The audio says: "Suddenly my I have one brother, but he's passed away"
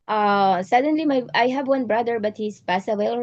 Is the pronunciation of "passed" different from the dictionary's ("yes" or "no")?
yes